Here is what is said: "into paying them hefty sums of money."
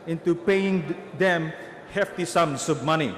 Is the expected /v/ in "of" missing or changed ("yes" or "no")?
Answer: yes